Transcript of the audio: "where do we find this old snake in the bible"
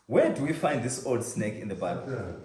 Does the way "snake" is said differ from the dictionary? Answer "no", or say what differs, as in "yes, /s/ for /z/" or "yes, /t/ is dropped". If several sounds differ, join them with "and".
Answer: no